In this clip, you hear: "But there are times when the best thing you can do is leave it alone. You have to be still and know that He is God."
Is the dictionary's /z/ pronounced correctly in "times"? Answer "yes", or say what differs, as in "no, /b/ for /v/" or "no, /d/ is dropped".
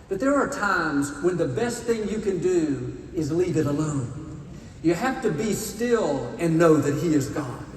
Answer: yes